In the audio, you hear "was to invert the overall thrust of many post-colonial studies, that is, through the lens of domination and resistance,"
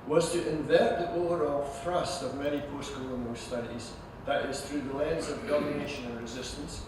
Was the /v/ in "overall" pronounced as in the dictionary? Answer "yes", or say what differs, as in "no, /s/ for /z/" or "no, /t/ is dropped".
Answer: no, /v/ is dropped